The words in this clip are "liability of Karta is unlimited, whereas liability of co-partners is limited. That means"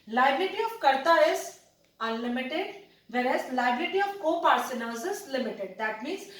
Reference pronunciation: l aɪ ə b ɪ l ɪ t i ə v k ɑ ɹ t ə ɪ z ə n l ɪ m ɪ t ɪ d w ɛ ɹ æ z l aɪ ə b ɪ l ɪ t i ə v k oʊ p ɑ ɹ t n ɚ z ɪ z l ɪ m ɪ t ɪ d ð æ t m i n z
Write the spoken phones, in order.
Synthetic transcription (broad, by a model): l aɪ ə b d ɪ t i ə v k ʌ ɹ t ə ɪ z ə n l ɪ m ɪ t ɪ d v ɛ ɹ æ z l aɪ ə b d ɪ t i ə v k oʊ p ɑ ɹ s n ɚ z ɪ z l ɪ m ɪ t ɪ d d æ t m i n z